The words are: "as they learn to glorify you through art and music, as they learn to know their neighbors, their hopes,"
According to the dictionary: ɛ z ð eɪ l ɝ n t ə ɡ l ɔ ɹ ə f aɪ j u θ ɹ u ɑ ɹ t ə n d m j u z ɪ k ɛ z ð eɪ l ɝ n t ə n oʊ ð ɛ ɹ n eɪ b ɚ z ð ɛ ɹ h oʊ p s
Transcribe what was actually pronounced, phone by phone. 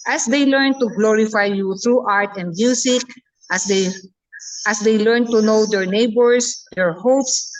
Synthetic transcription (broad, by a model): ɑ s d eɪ l ɝ n t ə ɡ l ɔ ɹ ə f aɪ j u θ ɹ u ɑ ɹ t ə n d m j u s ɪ k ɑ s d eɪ l ɝ n t ə n oʊ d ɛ ɹ n eɪ b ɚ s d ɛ ɹ h oʊ p s